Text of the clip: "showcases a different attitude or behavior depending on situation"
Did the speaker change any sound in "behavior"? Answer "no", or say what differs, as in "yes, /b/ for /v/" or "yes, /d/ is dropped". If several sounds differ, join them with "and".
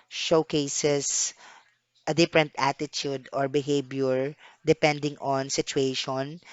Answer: yes, /b/ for /v/